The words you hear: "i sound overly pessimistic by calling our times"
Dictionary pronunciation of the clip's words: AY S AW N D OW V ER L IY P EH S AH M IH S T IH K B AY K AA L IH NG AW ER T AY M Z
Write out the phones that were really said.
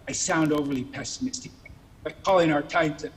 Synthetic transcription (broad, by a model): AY S AW N D OW V ER L IY P EH S AH M IH S T IH K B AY K AA L IH NG AW ER T AY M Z